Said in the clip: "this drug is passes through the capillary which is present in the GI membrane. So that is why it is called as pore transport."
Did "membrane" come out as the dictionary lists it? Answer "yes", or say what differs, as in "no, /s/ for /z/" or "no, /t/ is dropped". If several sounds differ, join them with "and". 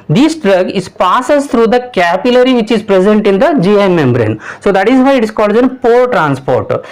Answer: yes